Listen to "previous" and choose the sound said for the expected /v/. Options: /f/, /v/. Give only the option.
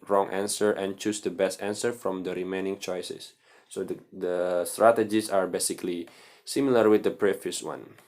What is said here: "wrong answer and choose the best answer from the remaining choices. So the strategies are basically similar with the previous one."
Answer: /f/